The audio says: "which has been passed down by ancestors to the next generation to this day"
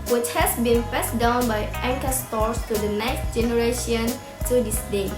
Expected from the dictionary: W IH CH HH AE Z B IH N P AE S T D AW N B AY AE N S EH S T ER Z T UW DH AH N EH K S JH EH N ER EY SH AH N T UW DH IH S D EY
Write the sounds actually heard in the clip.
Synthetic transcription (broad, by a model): W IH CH HH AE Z B IH N F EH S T D AW N B AY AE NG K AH S T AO S T UW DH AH N EH K S JH EH N ER EY SH AH N T UW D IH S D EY